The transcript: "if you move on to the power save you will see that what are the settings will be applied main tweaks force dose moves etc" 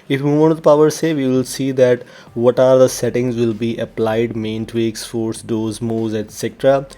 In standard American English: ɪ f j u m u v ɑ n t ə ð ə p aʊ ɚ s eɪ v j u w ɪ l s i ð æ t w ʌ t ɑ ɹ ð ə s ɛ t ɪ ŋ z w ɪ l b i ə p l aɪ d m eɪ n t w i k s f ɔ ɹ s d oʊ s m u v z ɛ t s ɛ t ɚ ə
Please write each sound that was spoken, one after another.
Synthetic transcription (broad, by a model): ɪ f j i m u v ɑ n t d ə p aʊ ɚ s eɪ v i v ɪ l s i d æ t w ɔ t ɑ ɹ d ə s ɛ t ɪ ŋ z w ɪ l b i ə p l aɪ d m eɪ n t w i k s f ɔ ɹ s d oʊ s m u z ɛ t s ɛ t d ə